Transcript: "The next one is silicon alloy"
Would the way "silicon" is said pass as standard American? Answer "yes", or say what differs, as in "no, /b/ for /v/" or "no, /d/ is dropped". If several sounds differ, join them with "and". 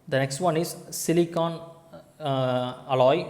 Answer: yes